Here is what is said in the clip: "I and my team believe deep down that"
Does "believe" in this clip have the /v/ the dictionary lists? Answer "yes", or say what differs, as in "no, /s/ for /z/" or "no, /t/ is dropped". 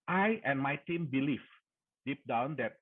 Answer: no, /f/ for /v/